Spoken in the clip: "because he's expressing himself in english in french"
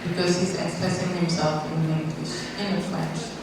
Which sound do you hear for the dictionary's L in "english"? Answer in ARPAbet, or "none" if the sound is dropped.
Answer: W